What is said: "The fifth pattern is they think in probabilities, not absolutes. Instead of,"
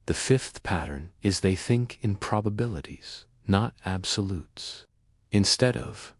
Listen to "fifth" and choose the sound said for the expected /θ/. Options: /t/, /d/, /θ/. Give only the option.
/θ/